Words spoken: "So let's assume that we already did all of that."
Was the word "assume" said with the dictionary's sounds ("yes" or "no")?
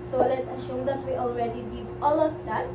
no